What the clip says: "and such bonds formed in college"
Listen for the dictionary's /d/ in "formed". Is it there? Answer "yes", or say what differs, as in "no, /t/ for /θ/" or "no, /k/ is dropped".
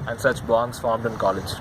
yes